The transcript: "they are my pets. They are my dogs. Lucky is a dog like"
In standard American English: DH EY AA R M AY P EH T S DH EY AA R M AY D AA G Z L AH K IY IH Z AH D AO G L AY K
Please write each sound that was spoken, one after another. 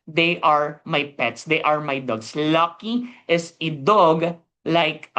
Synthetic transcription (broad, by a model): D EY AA R M AY P EH T S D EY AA R M AY D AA G S L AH K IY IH S AH D AO G L AY K